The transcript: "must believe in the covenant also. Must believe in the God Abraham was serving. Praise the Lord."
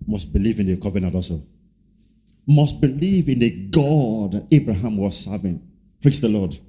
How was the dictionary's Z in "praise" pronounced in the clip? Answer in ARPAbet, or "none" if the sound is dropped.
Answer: S